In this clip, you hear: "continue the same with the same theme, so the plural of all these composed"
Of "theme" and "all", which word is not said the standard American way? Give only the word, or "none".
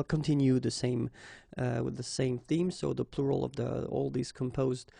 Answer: none